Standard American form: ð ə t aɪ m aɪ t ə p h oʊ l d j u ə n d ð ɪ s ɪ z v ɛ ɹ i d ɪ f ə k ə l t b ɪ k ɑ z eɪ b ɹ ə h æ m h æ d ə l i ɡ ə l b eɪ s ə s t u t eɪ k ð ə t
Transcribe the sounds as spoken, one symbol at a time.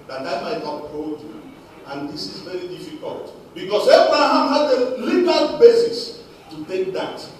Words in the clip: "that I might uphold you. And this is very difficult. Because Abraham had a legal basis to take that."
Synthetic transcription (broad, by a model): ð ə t aɪ m aɪ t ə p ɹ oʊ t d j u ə n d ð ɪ s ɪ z v ɛ ɹ i d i f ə k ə l t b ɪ k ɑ s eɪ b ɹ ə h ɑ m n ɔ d ə l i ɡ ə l b eɪ s ə s t u t eɪ k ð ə t